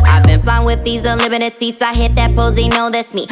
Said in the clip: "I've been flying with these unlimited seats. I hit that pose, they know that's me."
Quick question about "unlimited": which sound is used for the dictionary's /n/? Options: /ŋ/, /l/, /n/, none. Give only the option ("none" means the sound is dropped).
none